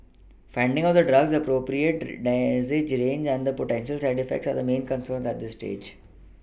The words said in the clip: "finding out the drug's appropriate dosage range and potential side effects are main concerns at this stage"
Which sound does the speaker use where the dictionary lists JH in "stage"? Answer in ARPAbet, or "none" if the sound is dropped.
JH